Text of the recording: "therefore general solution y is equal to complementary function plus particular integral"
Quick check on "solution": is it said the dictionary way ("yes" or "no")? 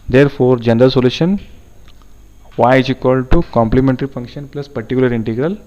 yes